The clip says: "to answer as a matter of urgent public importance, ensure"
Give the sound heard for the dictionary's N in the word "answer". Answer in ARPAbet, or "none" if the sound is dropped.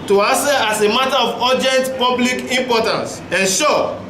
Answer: none